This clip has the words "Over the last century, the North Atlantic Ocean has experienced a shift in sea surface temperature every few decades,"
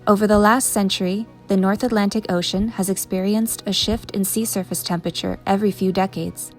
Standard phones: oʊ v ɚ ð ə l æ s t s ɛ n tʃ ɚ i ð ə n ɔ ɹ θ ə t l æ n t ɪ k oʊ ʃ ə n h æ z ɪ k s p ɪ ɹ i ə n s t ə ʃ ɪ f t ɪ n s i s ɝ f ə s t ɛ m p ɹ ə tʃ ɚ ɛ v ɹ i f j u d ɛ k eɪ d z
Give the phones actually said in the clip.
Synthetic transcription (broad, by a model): oʊ v ɚ ð ə l æ s t s ɛ n tʃ ɚ i ð ə n ɔ ɹ θ ə t l æ n t ɪ k oʊ ʃ ə n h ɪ z ɪ k s p ɪ ɹ i ə n s t ə ʃ ɪ f t ɪ n s i s ɝ f ə s t ɛ m p ɹ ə tʃ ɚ ɛ v ɹ i f j u d ɛ k eɪ d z